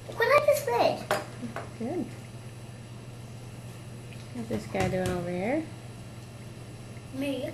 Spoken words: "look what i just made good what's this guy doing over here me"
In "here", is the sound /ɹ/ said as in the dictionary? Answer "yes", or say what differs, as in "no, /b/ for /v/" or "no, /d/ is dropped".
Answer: yes